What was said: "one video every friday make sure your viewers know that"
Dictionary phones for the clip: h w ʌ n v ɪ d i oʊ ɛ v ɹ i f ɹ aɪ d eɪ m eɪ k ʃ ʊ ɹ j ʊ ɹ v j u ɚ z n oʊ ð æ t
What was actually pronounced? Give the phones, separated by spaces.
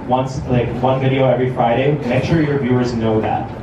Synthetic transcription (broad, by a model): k w ʌ n v ɪ d i oʊ ɛ v ɹ i f ɹ aɪ d eɪ m eɪ k ʃ ʊ ɹ j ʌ ɹ v j u ɚ z n oʊ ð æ t